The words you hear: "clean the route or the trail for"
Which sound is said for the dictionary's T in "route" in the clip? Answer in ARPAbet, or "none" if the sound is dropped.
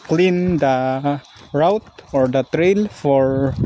T